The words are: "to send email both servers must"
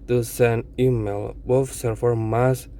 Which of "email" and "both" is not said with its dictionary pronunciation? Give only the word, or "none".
both